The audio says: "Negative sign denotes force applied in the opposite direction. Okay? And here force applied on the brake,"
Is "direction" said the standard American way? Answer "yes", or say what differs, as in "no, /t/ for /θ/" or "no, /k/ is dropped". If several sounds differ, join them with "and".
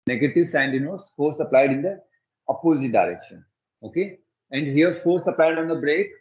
yes